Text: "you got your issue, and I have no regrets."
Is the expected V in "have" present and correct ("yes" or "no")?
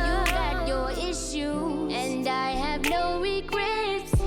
yes